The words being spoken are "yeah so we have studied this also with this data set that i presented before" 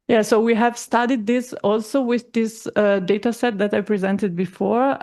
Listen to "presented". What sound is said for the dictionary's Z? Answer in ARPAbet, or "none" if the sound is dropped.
Z